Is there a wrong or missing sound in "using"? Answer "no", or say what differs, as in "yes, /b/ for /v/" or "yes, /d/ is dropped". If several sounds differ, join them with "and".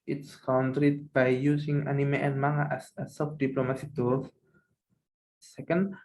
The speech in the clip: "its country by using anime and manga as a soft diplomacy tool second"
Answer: yes, /s/ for /z/